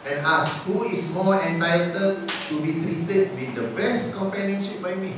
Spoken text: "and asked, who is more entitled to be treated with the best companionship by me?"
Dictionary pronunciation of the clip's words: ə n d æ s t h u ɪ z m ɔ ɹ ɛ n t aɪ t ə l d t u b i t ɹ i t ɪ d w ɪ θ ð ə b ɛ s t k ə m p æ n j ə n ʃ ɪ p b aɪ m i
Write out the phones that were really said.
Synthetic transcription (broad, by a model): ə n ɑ s h u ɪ s m ɔ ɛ n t aɪ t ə d t u b i t ɹ i t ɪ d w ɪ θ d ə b ɛ s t k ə m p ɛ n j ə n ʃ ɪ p b aɪ m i